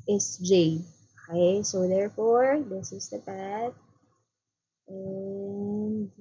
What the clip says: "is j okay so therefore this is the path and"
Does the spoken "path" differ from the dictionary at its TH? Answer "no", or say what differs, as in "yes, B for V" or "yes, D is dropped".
yes, T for TH